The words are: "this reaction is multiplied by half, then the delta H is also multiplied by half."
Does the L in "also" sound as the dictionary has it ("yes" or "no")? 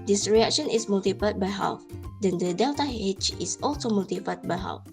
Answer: yes